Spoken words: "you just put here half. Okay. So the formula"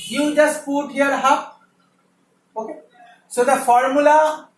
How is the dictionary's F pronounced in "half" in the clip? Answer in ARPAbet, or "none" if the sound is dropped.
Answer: P